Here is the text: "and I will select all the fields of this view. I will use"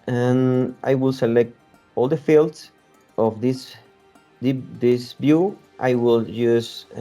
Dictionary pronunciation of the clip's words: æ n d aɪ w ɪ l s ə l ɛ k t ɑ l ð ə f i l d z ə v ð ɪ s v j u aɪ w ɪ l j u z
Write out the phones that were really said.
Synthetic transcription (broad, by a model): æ n aɪ w ɪ l s ə l ɛ k t ɑ l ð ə f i l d s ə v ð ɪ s b j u aɪ w ɪ l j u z